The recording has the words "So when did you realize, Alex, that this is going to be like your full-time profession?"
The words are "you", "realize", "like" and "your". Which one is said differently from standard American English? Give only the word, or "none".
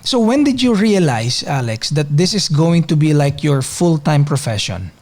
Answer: realize